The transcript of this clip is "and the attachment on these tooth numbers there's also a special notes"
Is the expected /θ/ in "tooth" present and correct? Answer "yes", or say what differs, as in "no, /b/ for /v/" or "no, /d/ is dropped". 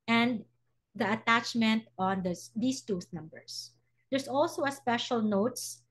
no, /s/ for /θ/